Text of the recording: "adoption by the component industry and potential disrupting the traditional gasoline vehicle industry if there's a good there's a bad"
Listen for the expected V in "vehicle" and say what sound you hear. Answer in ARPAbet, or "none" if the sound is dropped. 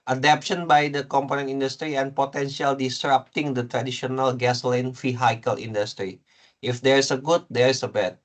F